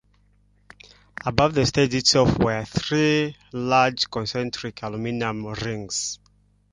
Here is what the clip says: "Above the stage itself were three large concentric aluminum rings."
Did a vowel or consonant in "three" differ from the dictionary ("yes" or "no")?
no